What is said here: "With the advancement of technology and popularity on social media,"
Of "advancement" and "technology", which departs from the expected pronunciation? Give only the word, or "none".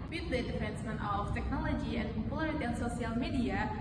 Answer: advancement